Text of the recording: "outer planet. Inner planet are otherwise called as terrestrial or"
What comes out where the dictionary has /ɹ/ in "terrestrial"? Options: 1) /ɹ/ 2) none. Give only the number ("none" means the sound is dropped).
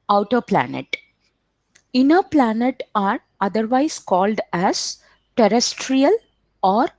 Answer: 1